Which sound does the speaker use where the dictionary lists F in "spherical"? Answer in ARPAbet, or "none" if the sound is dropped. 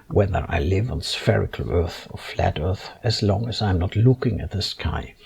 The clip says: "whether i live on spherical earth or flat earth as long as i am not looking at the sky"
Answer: F